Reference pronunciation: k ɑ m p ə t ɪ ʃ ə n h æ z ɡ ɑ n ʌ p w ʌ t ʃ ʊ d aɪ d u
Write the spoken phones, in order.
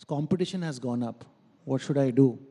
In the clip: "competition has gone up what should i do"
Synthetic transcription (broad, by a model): k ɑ m p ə t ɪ ʃ ə n h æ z ɡ ɑ n ʌ p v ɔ t ʃ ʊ d aɪ d u